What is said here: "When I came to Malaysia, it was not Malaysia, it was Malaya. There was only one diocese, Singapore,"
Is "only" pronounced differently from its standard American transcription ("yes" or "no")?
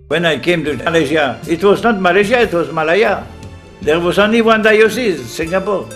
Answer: yes